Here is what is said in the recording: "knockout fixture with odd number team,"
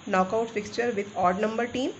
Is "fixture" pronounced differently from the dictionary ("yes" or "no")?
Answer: no